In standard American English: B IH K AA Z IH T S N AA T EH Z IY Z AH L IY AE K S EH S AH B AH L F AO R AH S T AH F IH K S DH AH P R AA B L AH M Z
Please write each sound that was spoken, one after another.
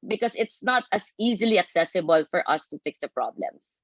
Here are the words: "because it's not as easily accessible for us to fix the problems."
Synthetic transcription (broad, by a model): B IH K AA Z IH T S N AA T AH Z IY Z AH L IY AE K S EH S AH B AH L F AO R AH S T AH F IH K S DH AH P R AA B L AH M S